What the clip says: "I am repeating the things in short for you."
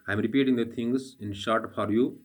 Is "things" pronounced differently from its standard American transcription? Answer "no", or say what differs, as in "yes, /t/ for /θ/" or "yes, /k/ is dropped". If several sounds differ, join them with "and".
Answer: yes, /t/ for /θ/